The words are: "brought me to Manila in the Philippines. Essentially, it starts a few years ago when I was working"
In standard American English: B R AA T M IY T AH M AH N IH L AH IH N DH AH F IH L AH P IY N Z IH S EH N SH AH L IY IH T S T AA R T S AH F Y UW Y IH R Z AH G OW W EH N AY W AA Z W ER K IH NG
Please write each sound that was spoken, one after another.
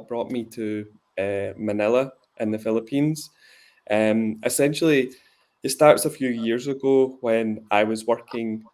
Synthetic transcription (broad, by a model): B R AA T M IY T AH M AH N IH L AH IH N DH AH F IH L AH P IY N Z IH S EH N SH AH L IY IH T S T AA R T S AH F Y UW Y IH R Z AH G OW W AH N AY W AA Z W ER K IH NG